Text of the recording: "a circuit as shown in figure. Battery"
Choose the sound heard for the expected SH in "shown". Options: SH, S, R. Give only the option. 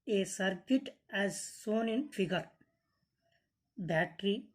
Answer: S